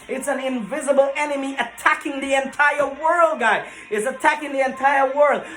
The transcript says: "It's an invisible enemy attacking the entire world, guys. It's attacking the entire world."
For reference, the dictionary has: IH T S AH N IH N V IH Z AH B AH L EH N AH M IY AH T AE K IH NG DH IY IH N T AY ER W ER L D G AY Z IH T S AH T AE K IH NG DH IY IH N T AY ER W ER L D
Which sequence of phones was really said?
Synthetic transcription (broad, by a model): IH T S AH N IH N V IH Z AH B L EH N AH M IY AH T AE K IH NG DH IY IH N T AY ER W ER L D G AY IH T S AH T AE K IH NG DH IY IH N T AY ER W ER L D